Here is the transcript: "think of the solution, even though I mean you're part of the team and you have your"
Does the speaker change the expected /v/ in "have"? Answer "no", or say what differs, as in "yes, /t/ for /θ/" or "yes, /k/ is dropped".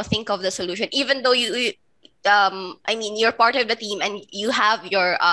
no